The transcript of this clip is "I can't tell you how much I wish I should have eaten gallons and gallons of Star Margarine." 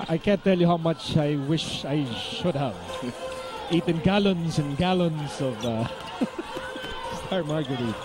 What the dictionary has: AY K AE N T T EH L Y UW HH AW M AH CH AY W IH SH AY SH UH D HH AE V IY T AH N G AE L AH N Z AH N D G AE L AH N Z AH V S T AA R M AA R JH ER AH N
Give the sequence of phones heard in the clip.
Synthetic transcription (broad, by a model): AY K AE N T T EH L Y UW HH AW M AH CH AY W IH SH AY SH UH D HH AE V IY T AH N G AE L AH N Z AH N G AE L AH N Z AH V S T AA R M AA R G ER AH